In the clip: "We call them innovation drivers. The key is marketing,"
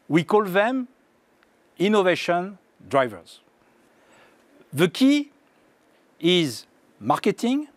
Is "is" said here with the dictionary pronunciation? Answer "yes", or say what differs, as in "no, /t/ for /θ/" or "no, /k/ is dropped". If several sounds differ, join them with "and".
yes